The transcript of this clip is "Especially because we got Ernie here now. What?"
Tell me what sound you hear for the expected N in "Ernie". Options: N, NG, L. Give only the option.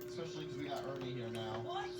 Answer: L